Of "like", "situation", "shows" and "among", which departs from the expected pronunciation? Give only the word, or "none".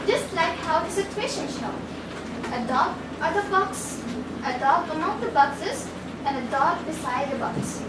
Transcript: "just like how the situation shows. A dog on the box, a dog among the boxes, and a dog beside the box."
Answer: shows